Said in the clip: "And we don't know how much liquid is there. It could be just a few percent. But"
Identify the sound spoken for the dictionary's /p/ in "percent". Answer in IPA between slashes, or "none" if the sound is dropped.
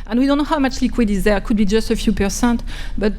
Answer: /p/